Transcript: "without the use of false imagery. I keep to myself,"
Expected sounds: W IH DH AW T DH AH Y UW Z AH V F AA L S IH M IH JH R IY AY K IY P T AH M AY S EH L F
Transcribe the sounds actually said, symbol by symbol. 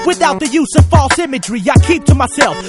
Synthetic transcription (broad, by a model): W IH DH AW T DH AH Y UW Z AH V F AA L S IH M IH JH R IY AY K IY P T AH M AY S EH L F